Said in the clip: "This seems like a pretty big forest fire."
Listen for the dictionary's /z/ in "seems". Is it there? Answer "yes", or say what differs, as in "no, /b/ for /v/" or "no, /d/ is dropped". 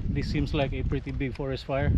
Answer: no, /s/ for /z/